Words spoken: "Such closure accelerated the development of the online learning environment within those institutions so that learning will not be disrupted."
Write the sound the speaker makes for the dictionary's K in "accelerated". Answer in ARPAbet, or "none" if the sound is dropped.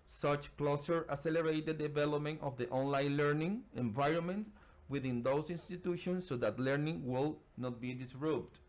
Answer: none